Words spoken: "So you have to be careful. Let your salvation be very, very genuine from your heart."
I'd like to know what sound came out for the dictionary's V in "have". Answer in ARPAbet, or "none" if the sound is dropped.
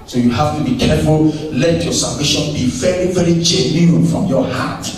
F